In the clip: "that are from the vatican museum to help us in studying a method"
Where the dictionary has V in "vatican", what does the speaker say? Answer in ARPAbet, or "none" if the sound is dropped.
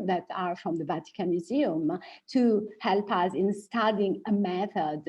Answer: V